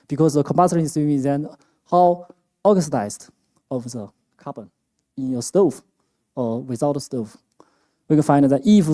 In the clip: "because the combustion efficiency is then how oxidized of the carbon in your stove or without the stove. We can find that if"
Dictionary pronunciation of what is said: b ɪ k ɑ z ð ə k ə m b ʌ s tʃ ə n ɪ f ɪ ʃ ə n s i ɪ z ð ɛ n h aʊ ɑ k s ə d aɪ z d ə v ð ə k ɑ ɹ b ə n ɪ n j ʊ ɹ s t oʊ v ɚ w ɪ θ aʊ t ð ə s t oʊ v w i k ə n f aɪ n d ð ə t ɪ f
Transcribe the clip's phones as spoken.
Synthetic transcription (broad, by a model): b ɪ k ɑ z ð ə k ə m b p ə ɪ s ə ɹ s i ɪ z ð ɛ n h aʊ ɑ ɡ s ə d aɪ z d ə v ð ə k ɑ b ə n ɪ n j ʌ s t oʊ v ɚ w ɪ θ aʊ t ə s t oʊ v w i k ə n f aɪ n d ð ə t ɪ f